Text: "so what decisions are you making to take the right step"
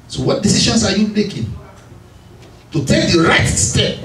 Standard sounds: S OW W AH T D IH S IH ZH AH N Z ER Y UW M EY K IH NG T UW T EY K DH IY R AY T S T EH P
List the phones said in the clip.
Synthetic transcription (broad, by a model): S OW W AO T D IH S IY SH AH N S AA Y UW M EY K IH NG T UW T EY K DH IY R AY T S T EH P